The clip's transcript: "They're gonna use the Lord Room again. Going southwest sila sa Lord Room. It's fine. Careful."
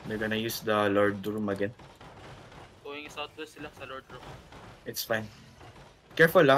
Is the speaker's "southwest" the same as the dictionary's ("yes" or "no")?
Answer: no